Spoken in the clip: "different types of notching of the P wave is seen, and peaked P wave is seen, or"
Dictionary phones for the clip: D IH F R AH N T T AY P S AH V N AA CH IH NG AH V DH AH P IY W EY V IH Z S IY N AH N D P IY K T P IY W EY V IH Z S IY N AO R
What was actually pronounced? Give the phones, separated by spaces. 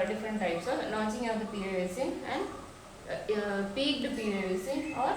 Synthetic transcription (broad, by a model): D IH F R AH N T T AY P S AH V L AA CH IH NG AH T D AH P IY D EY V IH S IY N AH N D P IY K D P IY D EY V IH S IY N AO R